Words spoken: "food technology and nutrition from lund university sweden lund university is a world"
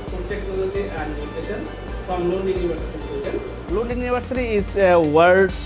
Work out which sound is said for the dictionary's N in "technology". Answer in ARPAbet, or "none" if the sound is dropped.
none